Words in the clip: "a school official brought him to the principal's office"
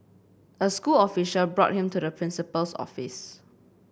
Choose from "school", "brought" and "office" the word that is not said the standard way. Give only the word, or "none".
none